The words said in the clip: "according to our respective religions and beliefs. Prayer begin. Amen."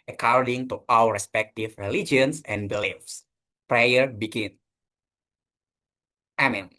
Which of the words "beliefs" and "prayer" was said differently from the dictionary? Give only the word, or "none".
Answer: none